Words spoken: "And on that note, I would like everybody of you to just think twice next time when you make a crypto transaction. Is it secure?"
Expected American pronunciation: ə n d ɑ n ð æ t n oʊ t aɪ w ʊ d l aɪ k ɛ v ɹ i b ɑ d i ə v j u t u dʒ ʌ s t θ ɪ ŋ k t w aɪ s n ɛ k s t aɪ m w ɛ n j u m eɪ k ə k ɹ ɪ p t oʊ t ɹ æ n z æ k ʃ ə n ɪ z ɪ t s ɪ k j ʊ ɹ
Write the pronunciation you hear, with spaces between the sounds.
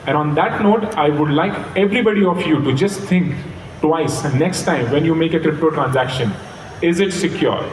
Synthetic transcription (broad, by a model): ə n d ɑ n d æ t n oʊ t aɪ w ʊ d l aɪ k ɛ v ɹ i b ɑ d i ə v j u t u dʒ ʌ s t t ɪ ŋ k t w aɪ s n ɛ k s t aɪ m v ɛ n j u m eɪ k ə k ɹ ɪ p t oʊ t ɹ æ n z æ k ʃ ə n ɪ z ɪ t s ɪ k j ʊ ɹ